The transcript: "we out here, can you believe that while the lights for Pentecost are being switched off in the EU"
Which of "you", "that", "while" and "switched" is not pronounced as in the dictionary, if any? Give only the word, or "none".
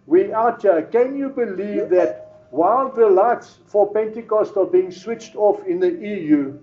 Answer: none